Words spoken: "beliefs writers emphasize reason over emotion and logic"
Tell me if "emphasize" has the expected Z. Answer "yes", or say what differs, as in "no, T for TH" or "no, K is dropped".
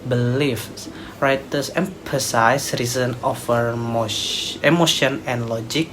no, S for Z